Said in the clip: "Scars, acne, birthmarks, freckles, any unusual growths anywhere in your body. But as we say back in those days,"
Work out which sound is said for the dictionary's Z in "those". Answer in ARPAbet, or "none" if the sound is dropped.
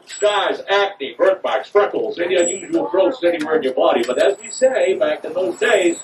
Z